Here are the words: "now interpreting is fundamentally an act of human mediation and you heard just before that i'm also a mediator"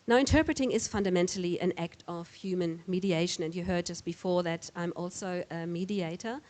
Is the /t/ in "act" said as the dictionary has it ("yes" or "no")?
yes